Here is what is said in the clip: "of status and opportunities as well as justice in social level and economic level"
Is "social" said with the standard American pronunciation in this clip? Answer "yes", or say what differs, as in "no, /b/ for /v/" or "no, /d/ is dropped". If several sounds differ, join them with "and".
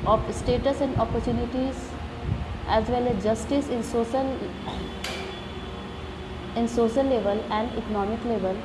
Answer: no, /n/ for /l/